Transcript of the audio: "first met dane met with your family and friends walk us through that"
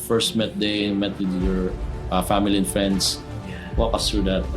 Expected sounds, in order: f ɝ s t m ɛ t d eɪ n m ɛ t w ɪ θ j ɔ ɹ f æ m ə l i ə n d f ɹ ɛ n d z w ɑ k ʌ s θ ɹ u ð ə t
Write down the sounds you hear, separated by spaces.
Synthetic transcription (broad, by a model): f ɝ s t m ɛ t d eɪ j m ɛ t w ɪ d j ɔ ɹ f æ m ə l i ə n f ɹ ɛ n d s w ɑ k ʌ s t ɹ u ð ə t